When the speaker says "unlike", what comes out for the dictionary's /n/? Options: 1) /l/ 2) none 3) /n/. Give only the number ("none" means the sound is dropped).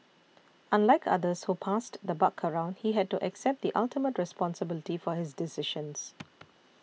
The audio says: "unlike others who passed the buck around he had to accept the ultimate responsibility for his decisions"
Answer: 3